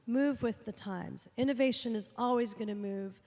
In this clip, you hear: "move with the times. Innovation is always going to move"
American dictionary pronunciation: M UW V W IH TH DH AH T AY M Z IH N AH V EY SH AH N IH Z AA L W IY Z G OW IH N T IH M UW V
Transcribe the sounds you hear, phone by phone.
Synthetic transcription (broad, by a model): M UW V W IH DH AH T AY M Z IH N AH V EY SH AH N IH Z AA L W IY Z G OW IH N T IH M UW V